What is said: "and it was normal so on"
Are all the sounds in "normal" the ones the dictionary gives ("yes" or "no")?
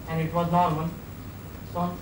no